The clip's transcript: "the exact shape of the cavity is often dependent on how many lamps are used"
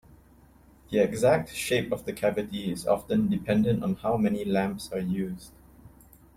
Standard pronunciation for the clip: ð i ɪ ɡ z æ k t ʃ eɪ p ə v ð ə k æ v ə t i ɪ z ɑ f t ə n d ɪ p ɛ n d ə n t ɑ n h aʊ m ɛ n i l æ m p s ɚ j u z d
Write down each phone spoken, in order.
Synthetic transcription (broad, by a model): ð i ɪ ɡ z æ k t ʃ eɪ p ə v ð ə k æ v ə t i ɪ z ɑ f t ə n d ɪ p ɛ n d ə n t ɑ n h aʊ m ɛ n i l æ m p s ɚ j u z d